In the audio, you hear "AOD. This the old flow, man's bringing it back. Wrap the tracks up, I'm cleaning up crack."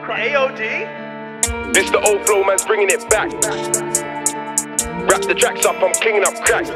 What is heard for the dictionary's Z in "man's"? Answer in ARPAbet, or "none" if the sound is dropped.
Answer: Z